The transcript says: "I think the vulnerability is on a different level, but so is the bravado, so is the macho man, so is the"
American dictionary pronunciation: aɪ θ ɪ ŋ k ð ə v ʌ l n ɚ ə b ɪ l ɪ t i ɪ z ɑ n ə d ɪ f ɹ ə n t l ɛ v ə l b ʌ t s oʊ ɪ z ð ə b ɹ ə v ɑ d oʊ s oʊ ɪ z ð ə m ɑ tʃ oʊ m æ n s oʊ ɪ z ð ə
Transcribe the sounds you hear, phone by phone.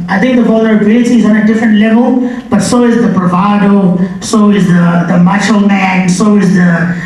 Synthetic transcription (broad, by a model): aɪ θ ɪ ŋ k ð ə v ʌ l ɚ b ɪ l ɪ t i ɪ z ɑ n ə d ɪ f ɹ ə n t l ɛ v ə l b ʌ t s oʊ ɪ z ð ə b ɹ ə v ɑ d oʊ s oʊ ɪ z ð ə m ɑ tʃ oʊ m æ n s oʊ ɪ z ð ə